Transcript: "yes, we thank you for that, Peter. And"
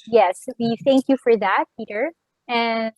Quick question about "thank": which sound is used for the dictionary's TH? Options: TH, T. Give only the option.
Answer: TH